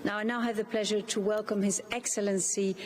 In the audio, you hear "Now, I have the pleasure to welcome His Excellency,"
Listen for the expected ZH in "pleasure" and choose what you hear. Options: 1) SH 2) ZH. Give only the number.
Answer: 2